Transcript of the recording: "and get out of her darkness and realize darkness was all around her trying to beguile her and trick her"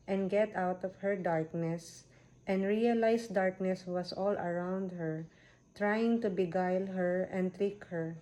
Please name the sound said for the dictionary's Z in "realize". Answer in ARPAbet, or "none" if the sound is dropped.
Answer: S